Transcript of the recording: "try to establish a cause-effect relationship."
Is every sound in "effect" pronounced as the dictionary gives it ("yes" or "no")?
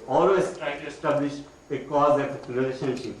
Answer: no